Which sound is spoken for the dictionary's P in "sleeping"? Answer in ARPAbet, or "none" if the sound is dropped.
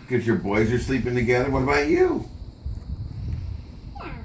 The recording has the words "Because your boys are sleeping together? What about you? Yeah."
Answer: P